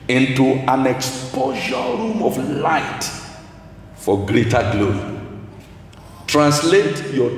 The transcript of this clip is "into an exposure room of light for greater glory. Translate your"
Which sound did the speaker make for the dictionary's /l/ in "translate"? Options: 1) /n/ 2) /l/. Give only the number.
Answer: 2